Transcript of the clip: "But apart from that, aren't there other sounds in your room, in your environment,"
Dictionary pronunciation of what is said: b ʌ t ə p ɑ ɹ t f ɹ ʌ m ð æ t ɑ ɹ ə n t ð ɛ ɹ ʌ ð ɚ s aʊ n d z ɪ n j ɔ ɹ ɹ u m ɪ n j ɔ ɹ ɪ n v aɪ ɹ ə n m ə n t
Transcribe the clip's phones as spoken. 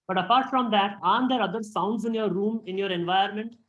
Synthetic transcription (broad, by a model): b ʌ t ə p ɑ ɹ t f ɹ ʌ m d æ t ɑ ə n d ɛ ɹ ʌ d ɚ s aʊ n d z ɪ n j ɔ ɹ ɹ u m ɪ n j ɔ ɹ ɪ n v aɪ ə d m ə n t